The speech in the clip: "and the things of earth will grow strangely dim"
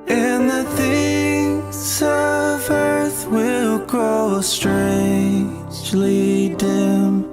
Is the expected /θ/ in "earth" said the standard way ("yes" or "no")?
yes